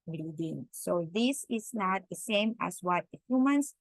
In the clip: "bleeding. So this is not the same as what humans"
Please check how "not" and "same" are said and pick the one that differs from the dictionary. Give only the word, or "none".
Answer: none